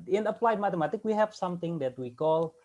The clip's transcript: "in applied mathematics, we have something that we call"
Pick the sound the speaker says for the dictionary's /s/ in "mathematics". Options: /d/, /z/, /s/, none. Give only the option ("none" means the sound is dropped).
none